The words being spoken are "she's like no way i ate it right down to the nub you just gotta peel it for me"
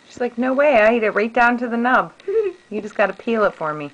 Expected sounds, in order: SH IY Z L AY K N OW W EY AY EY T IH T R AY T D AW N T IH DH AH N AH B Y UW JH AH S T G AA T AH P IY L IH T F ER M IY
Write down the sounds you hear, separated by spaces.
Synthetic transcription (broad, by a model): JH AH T L AY K N OW W EY AY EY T IH T R AY T D AW N T IH DH AH N AH B Y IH JH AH S G AA T AH P IY L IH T F ER M IY